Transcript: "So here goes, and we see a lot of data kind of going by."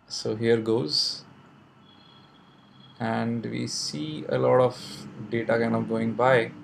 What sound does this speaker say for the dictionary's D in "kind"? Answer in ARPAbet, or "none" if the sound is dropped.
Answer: none